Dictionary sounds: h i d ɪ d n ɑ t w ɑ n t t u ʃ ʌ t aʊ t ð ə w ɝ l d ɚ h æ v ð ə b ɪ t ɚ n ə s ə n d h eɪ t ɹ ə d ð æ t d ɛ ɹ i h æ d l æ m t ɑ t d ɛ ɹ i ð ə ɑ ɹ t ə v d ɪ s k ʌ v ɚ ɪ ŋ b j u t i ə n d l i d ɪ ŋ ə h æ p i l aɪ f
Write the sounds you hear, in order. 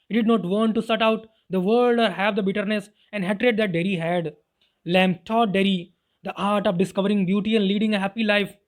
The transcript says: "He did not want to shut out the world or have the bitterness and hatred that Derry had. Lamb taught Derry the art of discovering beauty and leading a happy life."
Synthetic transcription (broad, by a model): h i d ɪ d n ɑ t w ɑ n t t u s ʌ t aʊ t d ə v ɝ l d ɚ h æ v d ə b ɪ t ɚ n ə s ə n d h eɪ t ɹ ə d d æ t d ɛ ɹ i h æ d l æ m t ɑ t d ɛ ɹ i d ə ɑ ɹ t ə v d ɪ s k ʌ v ɚ ɪ ŋ b j u t i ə n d l i d ɪ ŋ ə h æ p i l aɪ f